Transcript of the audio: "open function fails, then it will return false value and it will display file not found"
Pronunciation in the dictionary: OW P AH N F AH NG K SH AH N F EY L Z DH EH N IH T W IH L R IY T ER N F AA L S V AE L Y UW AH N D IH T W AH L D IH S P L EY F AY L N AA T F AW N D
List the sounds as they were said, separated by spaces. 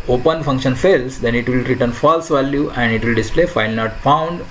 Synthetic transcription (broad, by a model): OW P AH N F AH NG K SH AH N F EY L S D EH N IH T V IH L R IY T ER N F AA L S V AE L Y UW AH N D IH T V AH L D IH S P L EY F AY L N AA T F AW N D